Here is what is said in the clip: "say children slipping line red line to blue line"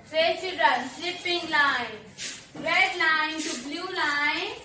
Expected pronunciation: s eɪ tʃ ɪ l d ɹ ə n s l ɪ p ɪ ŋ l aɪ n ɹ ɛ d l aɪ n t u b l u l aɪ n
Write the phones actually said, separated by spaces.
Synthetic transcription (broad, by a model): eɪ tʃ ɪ d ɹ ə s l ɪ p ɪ ŋ l aɪ n ɹ ɛ d l aɪ n t u b l u l aɪ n